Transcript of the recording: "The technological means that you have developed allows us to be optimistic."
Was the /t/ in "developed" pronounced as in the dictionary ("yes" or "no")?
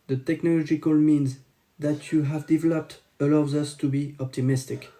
yes